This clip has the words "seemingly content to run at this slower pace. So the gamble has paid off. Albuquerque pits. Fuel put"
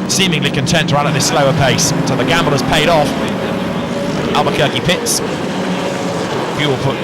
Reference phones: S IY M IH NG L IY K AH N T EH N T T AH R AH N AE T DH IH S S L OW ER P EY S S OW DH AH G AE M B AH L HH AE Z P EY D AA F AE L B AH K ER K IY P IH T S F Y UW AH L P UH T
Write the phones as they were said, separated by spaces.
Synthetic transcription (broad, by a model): S IY M IH NG L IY K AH N T EH N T T AH R AH N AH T DH IH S S L OW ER P EY S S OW DH AH G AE M B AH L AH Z P EY D AA F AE L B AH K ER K IY P IH T S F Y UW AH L P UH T